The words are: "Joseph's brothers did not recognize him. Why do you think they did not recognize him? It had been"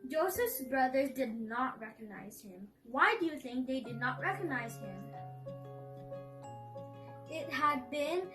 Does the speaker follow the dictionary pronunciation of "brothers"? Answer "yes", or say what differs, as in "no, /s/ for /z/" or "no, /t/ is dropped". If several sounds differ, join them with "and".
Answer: yes